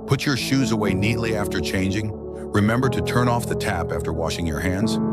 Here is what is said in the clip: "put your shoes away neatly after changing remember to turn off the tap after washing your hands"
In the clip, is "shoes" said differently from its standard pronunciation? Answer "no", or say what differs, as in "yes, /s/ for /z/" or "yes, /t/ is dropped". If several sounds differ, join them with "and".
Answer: no